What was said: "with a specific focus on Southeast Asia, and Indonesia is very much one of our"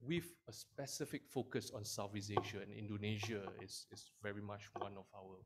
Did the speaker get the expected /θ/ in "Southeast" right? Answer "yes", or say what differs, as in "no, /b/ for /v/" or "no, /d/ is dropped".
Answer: no, /f/ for /θ/